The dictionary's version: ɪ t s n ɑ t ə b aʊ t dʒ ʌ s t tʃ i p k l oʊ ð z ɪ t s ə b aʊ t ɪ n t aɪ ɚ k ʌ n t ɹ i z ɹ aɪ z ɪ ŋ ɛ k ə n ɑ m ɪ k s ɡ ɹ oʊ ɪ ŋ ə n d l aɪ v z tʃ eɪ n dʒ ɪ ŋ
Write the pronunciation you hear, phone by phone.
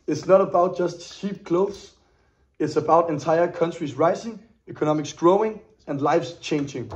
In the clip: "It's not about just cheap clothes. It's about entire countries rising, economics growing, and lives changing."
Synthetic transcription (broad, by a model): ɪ t s n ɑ t ə b aʊ t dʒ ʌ s t ʃ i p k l oʊ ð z ɪ t s ə b aʊ t ɪ n t aɪ ɚ k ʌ n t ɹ i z ɹ aɪ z ɪ ŋ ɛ k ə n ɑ m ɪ k s ɡ ɹ oʊ ɪ ŋ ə n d l aɪ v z tʃ eɪ n dʒ ɪ ŋ